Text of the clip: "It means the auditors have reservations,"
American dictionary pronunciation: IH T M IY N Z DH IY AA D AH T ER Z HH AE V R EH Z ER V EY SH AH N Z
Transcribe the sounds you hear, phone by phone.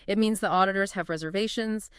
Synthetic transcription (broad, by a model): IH T M IY N Z DH IY AA D AH T ER Z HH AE V R EH Z ER V EY SH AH N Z